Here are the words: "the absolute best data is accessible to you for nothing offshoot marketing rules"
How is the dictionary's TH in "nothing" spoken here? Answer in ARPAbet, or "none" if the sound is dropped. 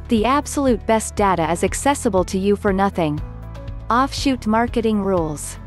TH